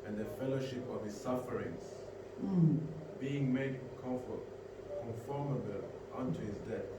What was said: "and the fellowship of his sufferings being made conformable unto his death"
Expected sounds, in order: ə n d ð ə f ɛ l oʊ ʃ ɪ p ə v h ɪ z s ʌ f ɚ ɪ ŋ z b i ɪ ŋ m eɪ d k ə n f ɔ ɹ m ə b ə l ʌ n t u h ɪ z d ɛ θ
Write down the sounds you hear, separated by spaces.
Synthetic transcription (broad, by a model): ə n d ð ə f ɛ l oʊ ʃ ɪ p ə v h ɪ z s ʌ f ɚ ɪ ŋ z b i ɪ ŋ m eɪ d k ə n f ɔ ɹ m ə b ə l ʌ n t u h ɪ z d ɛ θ